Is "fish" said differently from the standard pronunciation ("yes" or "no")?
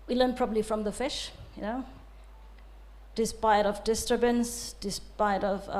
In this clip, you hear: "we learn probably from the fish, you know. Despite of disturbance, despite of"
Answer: no